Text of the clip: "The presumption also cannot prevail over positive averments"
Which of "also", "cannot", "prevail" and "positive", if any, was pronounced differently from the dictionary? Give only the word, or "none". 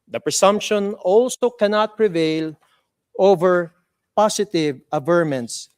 positive